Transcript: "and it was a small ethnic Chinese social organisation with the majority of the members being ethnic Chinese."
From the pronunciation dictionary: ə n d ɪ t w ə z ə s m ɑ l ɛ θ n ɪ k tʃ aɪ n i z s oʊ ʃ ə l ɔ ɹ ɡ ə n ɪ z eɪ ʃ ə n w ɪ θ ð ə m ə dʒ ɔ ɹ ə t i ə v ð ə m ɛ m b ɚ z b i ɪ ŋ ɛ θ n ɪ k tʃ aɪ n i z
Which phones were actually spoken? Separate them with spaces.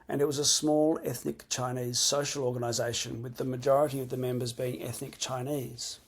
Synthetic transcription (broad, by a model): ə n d ɪ t w ə z ə s m ɑ l ɛ θ n ɪ k tʃ aɪ n i z s oʊ ʃ ə l ɔ ɹ ɡ ə n ɪ z eɪ ʃ ə n w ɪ ð ə m ə dʒ ɔ ɹ ə t i ə v ð ə m ɛ m b ɚ z b i ɪ ŋ ɛ θ n ɪ k tʃ aɪ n i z